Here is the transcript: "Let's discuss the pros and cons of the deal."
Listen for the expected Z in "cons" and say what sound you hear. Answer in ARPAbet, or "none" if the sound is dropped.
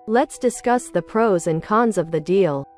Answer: Z